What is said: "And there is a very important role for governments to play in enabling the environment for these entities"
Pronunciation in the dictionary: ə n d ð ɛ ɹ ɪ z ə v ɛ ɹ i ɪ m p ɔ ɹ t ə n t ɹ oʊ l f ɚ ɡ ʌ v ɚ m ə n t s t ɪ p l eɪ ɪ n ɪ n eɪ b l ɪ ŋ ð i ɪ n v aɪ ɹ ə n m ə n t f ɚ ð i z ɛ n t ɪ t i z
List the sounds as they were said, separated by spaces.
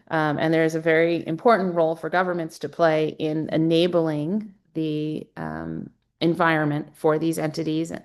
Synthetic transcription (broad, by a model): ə n ð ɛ ɹ ɪ z ə v ɛ ɹ i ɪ m p ɔ ɹ t n t ɹ oʊ l f ɚ ɡ ʌ v ɚ m ə n t s t ɪ p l eɪ ɪ n ɪ n eɪ b l ɪ ŋ ð i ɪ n v aɪ ɹ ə n m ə n t f ɚ ð i z ɛ n t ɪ t i z